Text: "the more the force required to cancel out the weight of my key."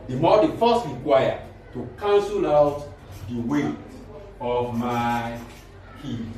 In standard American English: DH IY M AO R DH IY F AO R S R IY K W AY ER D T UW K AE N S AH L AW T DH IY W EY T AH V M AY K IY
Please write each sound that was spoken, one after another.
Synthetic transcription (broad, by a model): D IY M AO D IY F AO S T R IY K W AY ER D T UW K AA N S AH L AW T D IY W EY AH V M AY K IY